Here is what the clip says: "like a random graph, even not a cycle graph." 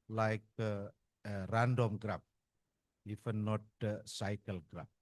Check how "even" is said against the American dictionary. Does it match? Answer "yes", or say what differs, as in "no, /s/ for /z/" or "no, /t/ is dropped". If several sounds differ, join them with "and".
no, /f/ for /v/